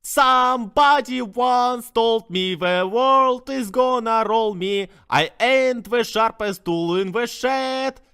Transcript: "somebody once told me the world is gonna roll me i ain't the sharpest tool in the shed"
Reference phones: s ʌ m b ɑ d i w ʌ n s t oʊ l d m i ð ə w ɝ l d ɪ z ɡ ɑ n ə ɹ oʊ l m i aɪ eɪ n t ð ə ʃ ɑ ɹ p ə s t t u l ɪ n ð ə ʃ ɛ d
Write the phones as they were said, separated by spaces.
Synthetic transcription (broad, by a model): s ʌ m b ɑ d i w ʌ n s t oʊ l d m i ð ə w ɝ l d ɪ z ɡ ɑ n ə ɹ oʊ l m i aɪ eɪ n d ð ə ʃ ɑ ɹ p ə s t t u l ɪ n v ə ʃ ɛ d